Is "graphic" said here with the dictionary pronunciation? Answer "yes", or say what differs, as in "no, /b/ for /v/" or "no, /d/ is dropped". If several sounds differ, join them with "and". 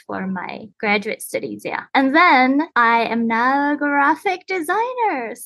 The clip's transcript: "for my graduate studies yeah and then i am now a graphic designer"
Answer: yes